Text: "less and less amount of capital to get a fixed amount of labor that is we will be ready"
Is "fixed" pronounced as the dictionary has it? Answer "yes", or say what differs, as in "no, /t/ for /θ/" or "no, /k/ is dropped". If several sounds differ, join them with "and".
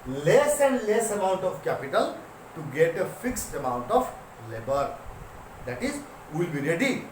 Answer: yes